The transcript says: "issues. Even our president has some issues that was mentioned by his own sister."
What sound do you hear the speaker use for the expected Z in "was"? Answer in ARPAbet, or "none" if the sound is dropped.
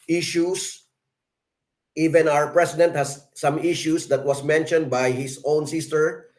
S